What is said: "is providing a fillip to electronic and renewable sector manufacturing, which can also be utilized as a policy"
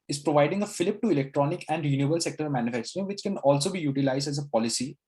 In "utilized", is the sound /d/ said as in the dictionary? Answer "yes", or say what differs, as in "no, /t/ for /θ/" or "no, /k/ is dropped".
yes